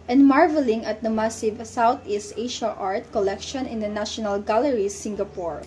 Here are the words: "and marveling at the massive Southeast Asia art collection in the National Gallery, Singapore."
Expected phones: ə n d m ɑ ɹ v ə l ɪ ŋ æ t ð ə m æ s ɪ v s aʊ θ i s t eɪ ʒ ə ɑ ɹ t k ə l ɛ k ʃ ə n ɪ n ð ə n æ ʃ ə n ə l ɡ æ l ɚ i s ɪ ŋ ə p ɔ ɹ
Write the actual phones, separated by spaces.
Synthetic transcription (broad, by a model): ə n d m ɑ ɹ v ə l ɪ ŋ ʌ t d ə m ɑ s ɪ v s aʊ t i s t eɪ ʃ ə ɑ ɹ t k ə l ɛ k ʃ ə n ɪ n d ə n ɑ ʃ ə n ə l ɡ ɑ l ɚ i s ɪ ŋ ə p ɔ ɹ